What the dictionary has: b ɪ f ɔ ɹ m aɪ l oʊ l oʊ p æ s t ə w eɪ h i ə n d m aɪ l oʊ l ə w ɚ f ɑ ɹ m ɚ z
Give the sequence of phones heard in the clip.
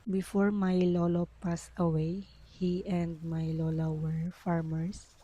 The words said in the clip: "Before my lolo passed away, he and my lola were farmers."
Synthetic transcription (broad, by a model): b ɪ f ɔ ɹ m aɪ l oʊ l oʊ p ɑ s ə w eɪ h i ə n d m aɪ l oʊ l ə w ɚ f ɑ ɹ m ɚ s